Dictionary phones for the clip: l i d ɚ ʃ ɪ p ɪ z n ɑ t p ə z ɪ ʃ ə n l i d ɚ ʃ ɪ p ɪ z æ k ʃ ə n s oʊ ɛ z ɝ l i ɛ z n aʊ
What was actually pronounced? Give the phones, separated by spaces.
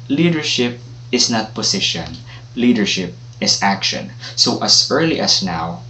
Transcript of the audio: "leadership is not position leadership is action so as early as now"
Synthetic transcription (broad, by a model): l i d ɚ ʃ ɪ p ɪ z n ɑ t p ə s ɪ ʃ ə n l i d ɚ ʃ ɪ p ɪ s æ k ʃ ə n s oʊ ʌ s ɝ l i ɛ s n aʊ